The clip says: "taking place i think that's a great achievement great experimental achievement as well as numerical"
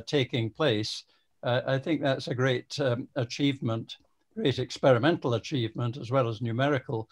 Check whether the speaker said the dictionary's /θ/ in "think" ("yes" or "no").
yes